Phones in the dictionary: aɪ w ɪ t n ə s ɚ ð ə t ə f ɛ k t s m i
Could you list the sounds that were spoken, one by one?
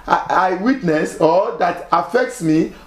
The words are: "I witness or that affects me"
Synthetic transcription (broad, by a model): aɪ w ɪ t n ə s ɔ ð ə t ə f ɛ k t s m i